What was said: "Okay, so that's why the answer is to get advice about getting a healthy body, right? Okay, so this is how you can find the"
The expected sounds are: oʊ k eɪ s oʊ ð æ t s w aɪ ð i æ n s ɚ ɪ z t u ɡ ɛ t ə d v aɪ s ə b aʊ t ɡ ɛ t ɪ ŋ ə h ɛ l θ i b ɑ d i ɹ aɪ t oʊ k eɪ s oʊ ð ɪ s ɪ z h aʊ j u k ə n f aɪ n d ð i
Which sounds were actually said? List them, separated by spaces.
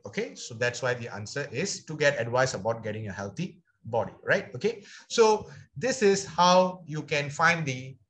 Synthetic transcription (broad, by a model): oʊ k eɪ s oʊ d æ t s w aɪ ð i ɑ n s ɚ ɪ s t u ɡ ɛ t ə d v aɪ s ə b aʊ t ɡ ɛ t ɪ ŋ ə h ɛ l t i b ɑ d i ɹ aɪ t oʊ k eɪ s oʊ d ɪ s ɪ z h aʊ j u k ə n f aɪ n d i